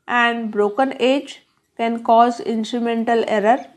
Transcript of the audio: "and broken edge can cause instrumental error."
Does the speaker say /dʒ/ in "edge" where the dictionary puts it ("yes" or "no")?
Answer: yes